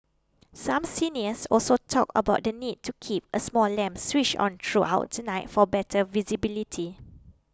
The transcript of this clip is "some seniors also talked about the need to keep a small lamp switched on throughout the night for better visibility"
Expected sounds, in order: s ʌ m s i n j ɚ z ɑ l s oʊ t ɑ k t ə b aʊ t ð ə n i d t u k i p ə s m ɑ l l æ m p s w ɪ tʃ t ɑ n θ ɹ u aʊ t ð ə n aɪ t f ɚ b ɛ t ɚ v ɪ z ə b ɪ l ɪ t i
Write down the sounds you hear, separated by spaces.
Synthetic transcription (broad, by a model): s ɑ m s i n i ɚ s ɑ l s oʊ t ɑ k ə b aʊ t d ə n i d t u k i p ə s m ɑ l l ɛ m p s w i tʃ ɑ n t ɹ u aʊ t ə n aɪ t f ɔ b ɛ t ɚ v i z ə b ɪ l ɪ t i